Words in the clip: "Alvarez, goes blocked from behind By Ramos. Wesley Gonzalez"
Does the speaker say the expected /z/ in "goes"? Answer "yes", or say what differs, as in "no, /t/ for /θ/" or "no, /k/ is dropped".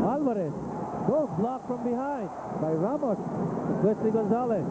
no, /z/ is dropped